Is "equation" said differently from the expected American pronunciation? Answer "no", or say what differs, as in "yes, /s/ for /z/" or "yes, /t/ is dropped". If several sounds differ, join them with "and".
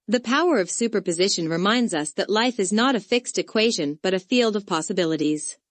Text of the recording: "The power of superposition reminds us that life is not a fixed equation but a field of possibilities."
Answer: no